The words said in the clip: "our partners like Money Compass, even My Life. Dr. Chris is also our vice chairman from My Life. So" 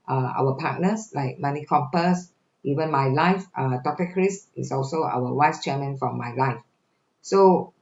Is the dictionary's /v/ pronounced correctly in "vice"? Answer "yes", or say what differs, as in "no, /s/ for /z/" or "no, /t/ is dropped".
no, /w/ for /v/